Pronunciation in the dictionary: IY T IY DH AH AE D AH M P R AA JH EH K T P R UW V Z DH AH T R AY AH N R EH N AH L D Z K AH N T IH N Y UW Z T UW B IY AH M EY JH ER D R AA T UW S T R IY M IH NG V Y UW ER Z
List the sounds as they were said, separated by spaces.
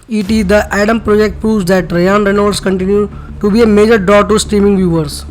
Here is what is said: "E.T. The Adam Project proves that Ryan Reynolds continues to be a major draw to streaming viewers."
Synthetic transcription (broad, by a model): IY T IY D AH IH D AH M P R AA JH EH K T P R UW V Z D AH T R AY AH N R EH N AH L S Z K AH N T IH N Y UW T UW B IY AH M EY JH ER D R AA T UW S T R IY M IH NG V Y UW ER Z